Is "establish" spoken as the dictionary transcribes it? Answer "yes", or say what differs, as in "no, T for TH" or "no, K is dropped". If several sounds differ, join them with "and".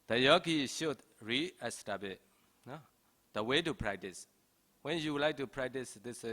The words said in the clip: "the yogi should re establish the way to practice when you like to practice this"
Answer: no, L is dropped